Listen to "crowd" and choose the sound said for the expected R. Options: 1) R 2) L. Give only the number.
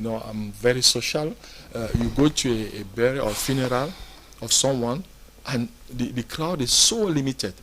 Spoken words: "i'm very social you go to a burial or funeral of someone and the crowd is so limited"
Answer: 2